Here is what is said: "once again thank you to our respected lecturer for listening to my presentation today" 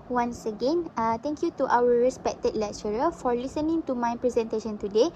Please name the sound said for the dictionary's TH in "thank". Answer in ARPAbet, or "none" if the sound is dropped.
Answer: T